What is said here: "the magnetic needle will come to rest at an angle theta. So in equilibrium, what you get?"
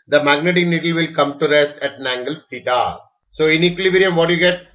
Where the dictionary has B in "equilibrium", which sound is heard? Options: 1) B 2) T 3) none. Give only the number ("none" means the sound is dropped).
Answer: 3